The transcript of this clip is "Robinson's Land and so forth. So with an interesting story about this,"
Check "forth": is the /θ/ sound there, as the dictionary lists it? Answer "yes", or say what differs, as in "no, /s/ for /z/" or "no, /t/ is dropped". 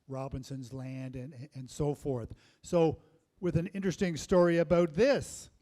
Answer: yes